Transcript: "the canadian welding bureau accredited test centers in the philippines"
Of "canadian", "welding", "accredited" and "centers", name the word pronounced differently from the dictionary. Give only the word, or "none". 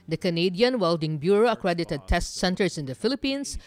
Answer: centers